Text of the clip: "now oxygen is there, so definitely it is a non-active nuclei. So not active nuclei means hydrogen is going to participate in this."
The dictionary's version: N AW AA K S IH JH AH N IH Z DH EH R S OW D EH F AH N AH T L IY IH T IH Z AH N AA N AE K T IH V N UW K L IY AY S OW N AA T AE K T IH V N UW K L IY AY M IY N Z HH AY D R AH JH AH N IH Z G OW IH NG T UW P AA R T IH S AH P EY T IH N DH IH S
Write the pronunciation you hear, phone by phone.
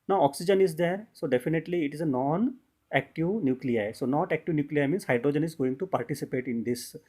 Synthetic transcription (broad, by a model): N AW AA K S IH JH AH N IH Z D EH R S OW D EH F AH N AH T L IY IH T IH Z AH N AA N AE K T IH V N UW K L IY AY S OW N AA T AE K T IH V N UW K L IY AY M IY N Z HH AY D R AH JH AH N IH Z G OW IH NG T UW P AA R T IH S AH P EY T IH N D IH S